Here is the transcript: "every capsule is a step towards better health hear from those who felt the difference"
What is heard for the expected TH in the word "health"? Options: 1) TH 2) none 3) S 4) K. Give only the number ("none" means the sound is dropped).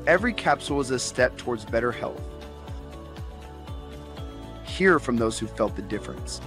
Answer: 1